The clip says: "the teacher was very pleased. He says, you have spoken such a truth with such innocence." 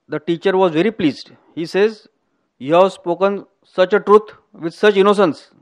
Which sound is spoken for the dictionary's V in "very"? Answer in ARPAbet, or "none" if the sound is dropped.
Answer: V